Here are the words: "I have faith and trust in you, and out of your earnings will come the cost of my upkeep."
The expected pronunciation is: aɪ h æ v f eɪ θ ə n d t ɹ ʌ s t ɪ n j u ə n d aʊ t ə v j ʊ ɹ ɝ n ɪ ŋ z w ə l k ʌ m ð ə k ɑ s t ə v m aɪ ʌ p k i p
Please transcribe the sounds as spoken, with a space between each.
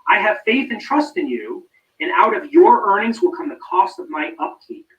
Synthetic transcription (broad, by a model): aɪ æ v f eɪ θ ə n t ɹ ʌ s t ɪ n j u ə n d aʊ t ə v j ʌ ɹ ɝ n ɪ ŋ z w ə l k ʌ m ð ə k ɑ s t ə v m aɪ ʌ p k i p